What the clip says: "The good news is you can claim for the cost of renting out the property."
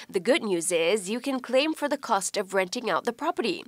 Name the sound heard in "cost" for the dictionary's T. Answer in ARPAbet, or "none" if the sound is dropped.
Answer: T